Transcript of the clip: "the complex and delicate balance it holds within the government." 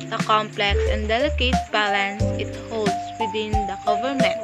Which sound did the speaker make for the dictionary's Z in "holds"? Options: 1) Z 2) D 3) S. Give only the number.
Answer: 3